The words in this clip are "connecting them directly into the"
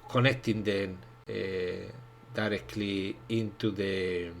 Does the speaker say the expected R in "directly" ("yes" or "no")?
yes